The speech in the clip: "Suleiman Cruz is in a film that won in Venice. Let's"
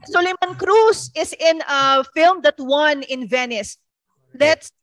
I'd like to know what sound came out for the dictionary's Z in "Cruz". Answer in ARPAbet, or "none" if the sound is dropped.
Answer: S